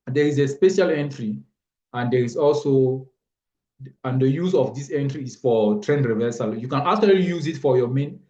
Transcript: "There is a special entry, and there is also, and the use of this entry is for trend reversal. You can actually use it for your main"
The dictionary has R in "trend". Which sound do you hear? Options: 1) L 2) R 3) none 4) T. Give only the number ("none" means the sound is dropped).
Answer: 2